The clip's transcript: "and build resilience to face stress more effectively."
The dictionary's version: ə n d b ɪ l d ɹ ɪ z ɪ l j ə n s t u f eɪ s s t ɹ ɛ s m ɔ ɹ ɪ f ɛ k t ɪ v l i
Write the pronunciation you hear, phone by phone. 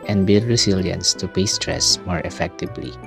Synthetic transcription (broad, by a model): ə n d b ɪ l d ɹ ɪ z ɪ l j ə n s t u p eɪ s s t ɹ ɛ s m ɔ ɹ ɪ f ɛ k t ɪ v l i